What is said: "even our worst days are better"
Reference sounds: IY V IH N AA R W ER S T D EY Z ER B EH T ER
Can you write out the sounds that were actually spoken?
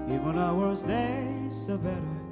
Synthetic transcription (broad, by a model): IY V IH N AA W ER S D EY S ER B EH T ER